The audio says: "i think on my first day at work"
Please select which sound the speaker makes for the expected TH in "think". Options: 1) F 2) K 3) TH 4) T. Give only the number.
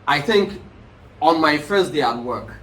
3